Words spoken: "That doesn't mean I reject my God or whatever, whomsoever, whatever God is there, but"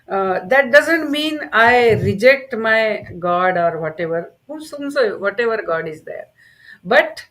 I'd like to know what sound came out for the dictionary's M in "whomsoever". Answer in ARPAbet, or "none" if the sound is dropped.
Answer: none